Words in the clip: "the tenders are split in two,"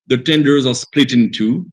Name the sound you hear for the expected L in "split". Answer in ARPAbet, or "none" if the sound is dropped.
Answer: L